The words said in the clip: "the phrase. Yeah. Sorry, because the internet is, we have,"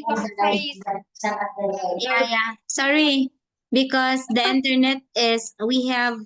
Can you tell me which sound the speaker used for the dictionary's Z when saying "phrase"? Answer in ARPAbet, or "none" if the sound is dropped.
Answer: none